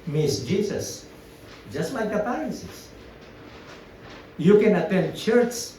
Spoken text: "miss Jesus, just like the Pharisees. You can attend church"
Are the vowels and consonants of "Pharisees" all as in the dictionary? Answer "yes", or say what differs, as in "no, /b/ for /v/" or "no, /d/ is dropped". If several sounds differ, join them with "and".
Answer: no, /p/ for /f/